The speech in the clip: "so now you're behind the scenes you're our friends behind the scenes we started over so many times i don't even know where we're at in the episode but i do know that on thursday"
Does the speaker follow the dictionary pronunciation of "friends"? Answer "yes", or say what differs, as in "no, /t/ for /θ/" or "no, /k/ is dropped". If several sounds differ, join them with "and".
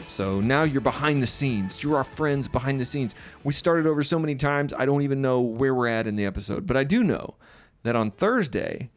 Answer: yes